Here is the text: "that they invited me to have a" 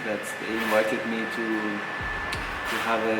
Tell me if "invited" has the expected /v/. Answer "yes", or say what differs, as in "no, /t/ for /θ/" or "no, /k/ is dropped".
yes